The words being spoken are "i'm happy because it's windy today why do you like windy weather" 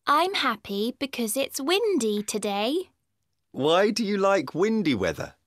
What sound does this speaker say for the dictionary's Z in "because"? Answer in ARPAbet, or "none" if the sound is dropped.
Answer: Z